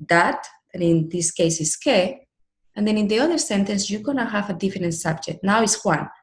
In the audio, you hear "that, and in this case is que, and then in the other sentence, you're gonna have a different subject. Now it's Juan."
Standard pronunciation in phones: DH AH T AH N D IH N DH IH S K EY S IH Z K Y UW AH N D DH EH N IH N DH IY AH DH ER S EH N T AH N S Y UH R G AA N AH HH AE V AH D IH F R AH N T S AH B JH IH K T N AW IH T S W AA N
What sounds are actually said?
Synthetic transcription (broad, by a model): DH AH T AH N IH N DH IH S K EY S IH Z K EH AH N D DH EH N IH N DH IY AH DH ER S EH N T AH N S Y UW G AA N AH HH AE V AH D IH F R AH N T S AH B JH IH K T N AW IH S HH W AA N